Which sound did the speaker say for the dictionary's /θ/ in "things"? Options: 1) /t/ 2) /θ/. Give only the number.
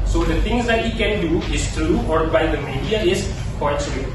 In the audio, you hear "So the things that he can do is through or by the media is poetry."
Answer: 1